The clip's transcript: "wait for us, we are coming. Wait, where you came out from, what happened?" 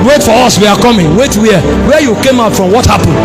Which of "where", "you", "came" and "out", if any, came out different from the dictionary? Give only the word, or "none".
where